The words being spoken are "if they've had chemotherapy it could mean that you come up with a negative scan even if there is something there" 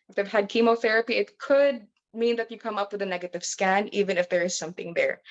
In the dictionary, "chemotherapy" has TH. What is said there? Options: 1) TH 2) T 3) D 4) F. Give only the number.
1